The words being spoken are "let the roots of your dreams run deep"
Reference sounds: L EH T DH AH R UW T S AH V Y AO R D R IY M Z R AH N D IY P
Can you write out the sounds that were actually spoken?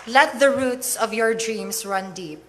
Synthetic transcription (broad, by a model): L EH T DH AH R UW T S AH V Y AO R D R IY M S R AH N D IY P